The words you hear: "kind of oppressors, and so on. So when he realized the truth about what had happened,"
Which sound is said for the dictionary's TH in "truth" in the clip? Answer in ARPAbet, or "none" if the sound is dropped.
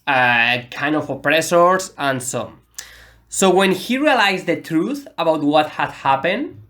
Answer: TH